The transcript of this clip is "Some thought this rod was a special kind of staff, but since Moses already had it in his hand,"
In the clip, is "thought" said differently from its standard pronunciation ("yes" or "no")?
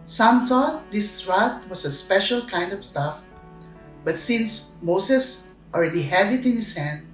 yes